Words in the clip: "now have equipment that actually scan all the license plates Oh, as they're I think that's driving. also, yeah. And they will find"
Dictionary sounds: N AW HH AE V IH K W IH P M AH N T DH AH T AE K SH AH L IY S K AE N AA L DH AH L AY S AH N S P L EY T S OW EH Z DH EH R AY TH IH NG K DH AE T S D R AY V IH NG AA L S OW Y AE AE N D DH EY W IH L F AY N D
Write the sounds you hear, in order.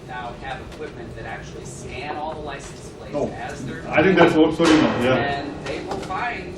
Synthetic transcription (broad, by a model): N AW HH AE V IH K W IH P M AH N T DH AH T AE K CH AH L IY S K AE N AA L DH AH L AY S N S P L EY OW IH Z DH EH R AY TH IH NG K DH AE T S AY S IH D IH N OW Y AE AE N DH EY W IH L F AY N